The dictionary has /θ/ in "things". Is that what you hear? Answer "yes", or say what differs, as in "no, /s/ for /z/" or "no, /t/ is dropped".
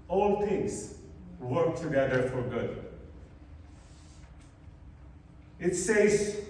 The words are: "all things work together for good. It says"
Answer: no, /t/ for /θ/